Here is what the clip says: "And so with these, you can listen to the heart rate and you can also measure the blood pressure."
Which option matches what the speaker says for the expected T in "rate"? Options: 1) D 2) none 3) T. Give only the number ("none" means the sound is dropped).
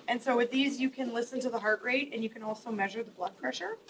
3